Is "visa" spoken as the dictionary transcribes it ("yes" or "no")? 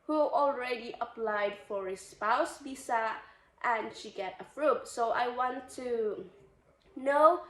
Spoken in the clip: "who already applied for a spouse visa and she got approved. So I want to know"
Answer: no